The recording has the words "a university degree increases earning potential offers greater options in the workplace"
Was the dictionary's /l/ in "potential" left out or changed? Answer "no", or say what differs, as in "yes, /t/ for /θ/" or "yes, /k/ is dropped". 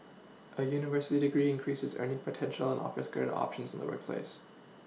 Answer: yes, /n/ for /l/